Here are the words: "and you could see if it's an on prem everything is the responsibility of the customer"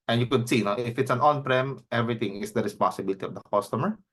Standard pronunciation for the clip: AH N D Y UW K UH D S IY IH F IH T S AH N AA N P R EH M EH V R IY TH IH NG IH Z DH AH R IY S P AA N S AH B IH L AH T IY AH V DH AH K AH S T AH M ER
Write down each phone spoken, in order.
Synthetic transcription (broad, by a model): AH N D Y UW K UH D S IY IH F IH T S AH N AA N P R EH M EH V R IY T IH NG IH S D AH R IY S P AA N S AH B IH L AH T IY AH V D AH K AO S T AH M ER